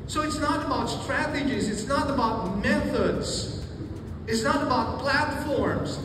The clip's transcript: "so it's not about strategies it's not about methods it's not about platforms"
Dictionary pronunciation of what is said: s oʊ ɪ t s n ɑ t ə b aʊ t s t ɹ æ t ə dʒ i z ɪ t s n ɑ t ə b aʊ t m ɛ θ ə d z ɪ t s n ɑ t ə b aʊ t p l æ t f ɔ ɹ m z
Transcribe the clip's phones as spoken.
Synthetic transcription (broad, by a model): s oʊ ɪ t s n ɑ t ə b aʊ t s t ɹ æ t ə dʒ i z ɪ t s n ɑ t ə b aʊ t m ɛ θ ə d z ɪ t s n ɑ t ə b aʊ t p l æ t f ɔ ɹ m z